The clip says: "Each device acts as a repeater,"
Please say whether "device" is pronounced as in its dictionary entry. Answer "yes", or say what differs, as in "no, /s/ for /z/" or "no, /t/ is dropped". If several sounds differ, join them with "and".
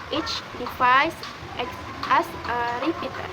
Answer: no, /f/ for /v/